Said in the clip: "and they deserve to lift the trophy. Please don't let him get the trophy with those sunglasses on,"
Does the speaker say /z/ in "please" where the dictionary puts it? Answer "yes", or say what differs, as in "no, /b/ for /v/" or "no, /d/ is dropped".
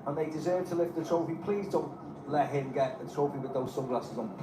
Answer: yes